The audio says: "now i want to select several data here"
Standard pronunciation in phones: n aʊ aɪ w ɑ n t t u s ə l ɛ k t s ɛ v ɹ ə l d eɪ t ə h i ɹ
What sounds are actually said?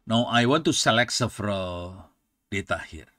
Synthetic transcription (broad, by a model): n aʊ aɪ w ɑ n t t u s ə l ɛ k t s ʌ f ɹ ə d eɪ t ə h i ɹ